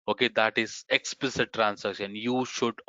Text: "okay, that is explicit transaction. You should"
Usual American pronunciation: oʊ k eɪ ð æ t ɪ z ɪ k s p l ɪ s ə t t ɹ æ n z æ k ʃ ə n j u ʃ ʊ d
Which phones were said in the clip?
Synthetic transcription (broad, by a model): oʊ k eɪ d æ t ɪ z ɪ k s p l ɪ s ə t t ɹ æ n s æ k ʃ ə n j u ʃ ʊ d